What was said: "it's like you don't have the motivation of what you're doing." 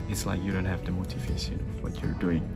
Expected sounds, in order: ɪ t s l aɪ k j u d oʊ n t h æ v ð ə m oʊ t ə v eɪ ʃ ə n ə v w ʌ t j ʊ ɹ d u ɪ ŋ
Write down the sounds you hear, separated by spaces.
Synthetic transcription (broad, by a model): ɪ t s l aɪ k j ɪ d oʊ n t h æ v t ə m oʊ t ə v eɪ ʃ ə l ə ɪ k j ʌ ɹ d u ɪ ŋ